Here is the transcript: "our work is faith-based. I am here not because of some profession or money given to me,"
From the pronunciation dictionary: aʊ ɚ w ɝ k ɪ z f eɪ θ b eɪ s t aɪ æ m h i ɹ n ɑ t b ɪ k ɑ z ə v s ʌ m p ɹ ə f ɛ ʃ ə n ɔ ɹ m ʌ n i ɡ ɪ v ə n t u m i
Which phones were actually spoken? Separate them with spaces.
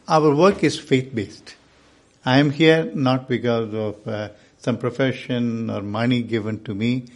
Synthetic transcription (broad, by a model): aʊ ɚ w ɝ k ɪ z f eɪ t b eɪ s t aɪ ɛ m h i ɹ n ɑ t b ɪ k ɑ z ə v s ʌ m p ɹ ə f ɛ ʃ ə n ɔ ɹ m ʌ n i ɡ ɪ v ə n t u m i